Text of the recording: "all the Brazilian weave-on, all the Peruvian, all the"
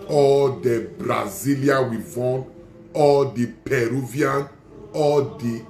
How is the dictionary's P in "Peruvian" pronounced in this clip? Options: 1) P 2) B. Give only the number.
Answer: 1